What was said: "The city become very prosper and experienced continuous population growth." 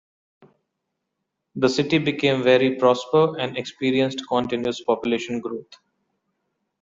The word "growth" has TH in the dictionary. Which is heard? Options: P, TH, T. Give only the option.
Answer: T